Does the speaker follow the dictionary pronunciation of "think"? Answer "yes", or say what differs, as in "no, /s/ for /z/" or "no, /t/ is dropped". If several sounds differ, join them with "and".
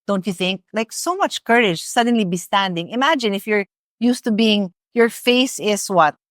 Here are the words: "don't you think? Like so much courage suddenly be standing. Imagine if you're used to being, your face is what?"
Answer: yes